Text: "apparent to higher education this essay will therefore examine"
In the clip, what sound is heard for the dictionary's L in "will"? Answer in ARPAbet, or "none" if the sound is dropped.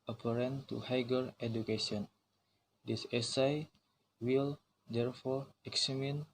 L